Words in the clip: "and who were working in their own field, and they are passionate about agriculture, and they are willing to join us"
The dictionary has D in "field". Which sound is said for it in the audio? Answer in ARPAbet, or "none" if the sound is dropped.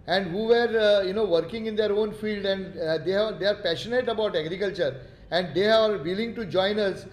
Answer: D